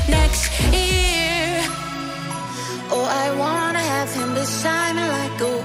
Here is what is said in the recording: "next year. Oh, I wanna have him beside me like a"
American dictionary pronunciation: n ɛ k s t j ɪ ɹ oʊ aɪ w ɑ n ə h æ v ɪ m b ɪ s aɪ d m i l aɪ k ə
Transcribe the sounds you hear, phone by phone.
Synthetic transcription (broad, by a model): n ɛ k s t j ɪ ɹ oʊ aɪ w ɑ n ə h æ v ɪ m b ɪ ʃ aɪ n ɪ l aɪ k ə